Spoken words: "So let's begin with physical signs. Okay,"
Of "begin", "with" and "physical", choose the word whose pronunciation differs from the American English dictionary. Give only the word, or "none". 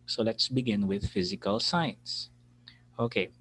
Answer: none